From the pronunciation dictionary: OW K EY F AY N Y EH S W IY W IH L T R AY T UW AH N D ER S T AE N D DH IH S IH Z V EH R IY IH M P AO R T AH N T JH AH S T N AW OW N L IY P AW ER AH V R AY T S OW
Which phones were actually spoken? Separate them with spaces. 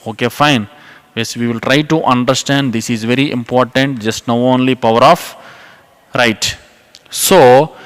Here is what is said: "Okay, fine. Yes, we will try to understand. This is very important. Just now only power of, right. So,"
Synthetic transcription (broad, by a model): OW K EY F AY N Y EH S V IY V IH L T R AY T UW AH N D ER S T AE N D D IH S IH Z V EH R IY IH M P AO R T AH N T JH AH S T N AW OW N L IY P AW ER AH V R AY T S OW